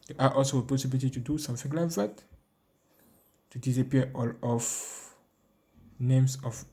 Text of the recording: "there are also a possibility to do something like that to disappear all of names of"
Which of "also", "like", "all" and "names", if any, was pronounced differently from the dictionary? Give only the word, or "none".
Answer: names